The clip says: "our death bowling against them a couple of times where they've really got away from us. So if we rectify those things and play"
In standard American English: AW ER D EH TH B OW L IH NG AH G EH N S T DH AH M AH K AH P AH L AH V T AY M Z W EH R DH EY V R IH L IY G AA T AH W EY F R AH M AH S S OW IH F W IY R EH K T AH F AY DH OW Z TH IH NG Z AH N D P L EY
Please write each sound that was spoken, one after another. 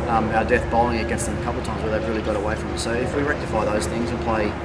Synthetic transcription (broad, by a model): AW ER D EH TH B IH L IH NG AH G EH N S T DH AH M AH K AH P L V T AY M Z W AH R DH EY V R IH L IY G AA T AH W EY F R AH M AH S S OW IH F W IY R EH K T AH F AY DH OW Z TH IH NG Z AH N P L EY